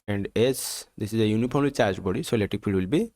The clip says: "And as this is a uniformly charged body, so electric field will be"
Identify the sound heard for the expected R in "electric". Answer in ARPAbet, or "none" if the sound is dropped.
none